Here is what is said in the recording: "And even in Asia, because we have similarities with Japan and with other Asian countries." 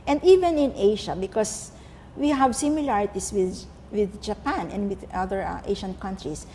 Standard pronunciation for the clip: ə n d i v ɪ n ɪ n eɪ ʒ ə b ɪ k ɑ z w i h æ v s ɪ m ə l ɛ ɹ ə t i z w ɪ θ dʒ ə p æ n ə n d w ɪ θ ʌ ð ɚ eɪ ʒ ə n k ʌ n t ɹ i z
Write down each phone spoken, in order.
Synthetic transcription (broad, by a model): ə n d i v ɪ n ɪ n eɪ ʃ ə b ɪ k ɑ s w i h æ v s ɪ m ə l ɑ ɹ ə t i s w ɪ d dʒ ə p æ n ə n d w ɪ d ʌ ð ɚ eɪ ʃ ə n k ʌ n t ɹ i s